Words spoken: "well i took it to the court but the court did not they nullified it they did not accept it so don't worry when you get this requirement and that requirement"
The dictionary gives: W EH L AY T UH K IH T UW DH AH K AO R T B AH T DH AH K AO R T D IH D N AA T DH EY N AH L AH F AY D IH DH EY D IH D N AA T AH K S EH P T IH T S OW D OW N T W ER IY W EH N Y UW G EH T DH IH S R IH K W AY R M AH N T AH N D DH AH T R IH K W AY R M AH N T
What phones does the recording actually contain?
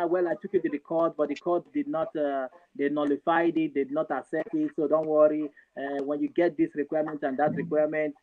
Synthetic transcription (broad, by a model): W EH L AY T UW K IH T UW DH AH K AO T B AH T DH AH K AO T D IH D N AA T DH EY N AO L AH F AY D IH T D IH D N AA T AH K S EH T IH T S OW D OW N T W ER IY W EH N Y UW G EH T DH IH S R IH K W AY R M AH N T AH N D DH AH T R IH K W AY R M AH N T